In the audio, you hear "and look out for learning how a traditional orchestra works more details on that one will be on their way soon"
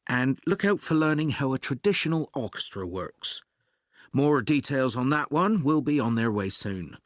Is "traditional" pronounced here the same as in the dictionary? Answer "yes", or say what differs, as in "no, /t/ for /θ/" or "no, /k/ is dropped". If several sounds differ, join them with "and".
yes